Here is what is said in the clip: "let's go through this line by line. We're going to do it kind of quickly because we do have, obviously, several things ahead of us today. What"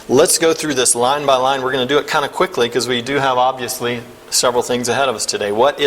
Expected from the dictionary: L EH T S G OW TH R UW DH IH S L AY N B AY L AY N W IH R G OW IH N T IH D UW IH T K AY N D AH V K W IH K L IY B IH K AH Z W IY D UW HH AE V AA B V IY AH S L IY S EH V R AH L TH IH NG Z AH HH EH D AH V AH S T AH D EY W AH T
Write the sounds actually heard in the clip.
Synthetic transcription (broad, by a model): L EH T S G OW TH R UW DH IH S L AY N B AY L AY N W IH R G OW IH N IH D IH IH T K AY N D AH K W IH K L IY K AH Z W IY D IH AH V AA B V IY AH S L IY S EH V R L TH IH NG Z AH HH EH D AH V AH S T AH D EY W AH T